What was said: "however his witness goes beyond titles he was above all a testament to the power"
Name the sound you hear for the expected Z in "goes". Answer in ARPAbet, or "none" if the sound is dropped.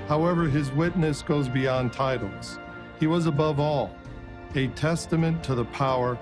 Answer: Z